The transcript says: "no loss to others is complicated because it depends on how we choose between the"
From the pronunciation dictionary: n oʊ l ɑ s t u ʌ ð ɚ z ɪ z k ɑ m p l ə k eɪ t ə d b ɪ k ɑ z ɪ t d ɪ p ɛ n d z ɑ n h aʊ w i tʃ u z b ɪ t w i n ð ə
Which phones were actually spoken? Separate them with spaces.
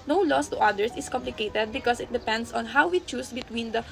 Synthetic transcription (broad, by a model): n oʊ l ɑ s t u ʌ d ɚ s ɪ s k ɑ m p l ə k eɪ t ə d b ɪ k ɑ s ɪ t d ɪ p ɛ n d s ɑ n h aʊ w i tʃ u s b ɪ t w i n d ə